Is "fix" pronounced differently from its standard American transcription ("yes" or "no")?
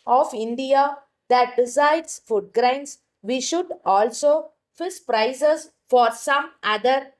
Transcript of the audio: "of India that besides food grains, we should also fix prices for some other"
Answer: yes